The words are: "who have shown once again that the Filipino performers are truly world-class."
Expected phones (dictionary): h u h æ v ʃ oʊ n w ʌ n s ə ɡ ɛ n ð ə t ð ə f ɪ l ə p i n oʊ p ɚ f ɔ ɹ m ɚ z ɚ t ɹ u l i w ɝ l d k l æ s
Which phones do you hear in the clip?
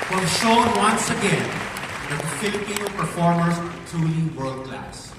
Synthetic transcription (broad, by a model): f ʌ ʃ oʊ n w ʌ n s ə ɡ ɛ n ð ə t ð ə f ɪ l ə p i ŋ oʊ p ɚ f ɔ ɹ m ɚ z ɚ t u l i w ɝ l d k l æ s